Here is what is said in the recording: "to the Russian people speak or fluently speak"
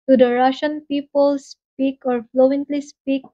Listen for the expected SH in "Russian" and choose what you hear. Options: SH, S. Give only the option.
SH